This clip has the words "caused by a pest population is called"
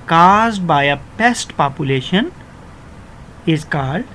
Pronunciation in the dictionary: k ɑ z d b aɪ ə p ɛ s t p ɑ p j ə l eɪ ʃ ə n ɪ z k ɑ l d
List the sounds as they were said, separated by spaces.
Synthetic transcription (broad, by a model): k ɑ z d b aɪ ə p ɛ s t p ɑ p j ə l eɪ ʃ ə n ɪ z k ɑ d